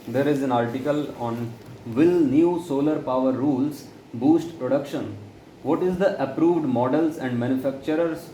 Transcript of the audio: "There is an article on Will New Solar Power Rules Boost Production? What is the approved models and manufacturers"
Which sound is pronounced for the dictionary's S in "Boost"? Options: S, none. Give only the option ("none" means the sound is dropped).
S